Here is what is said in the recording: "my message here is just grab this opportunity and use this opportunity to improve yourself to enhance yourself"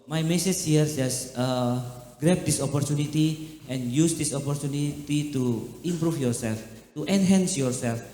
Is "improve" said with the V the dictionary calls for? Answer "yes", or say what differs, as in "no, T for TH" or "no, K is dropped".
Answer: no, F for V